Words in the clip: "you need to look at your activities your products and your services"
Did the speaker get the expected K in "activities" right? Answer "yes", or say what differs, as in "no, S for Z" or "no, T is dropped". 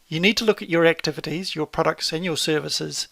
yes